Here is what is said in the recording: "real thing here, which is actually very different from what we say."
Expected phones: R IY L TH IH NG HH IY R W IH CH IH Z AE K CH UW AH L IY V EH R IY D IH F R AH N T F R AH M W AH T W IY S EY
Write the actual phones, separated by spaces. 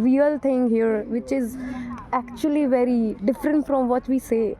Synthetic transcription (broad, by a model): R IY L T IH NG HH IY R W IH CH IH Z AE K CH UW AH L IY V EH R IY D IH F R AH N T F R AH M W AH T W IY S EY